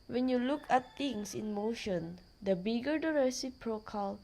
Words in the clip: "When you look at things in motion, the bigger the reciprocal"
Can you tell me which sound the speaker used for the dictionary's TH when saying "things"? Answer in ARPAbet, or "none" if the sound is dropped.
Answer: T